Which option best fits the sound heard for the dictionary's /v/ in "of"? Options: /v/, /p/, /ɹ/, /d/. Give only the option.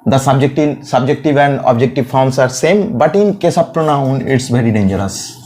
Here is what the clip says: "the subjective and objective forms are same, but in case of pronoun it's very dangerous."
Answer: /p/